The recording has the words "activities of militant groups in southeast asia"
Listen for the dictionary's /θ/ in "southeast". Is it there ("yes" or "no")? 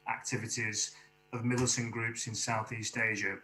yes